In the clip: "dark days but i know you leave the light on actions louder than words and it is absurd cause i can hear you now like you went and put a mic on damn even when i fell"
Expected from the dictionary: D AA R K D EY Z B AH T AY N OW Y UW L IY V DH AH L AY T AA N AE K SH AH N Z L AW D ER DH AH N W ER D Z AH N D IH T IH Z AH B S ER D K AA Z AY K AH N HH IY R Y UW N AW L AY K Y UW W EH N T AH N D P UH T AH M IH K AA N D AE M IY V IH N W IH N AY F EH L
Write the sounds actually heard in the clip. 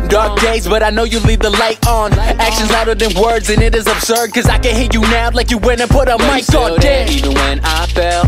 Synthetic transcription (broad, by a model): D AA R K D EY Z B AH T AY N OW Y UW L IY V DH AH L AY T N AE K SH AH N Z AW D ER DH AH N W ER D Z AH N IH T IH Z AH B S ER D K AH Z AY K AH N HH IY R Y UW N AW L AY K Y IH W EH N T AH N P UH T AH M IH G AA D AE IY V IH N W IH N AY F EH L